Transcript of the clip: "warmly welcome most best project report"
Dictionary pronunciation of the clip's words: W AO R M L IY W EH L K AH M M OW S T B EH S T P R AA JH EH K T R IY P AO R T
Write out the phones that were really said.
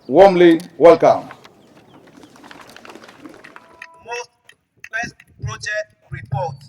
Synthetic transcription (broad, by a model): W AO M L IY W EH L K AH M M OW S T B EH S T P R AA JH EH K T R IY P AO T